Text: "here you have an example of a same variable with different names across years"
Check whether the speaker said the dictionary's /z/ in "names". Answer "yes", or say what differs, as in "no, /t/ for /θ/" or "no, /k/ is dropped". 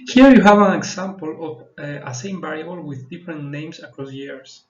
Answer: no, /s/ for /z/